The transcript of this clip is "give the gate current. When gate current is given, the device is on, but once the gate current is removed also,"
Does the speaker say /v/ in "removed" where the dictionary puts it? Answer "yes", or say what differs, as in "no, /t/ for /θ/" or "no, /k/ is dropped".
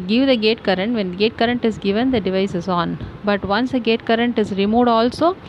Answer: no, /v/ is dropped